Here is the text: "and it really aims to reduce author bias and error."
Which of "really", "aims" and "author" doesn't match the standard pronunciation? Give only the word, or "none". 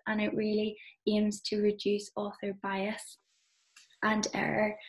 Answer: none